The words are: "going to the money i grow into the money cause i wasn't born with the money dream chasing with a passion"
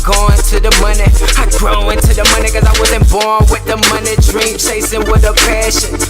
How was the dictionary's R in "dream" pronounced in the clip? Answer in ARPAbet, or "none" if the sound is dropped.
R